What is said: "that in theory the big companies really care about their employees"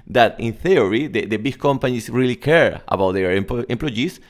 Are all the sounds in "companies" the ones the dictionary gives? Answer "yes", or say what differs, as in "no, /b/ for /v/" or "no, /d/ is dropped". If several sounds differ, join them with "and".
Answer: no, /s/ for /z/